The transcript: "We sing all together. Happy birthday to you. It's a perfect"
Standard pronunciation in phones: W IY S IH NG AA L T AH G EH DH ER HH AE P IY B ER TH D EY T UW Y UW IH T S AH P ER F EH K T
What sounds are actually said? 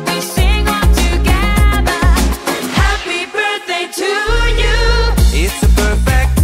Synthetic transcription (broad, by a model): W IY S IH NG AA N T AH G EH DH ER HH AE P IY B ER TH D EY T UW Y UW IH T S AH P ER F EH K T